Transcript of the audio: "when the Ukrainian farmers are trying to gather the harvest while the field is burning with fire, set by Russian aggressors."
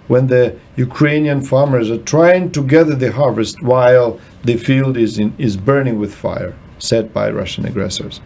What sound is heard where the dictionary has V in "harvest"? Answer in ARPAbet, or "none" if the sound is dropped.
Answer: V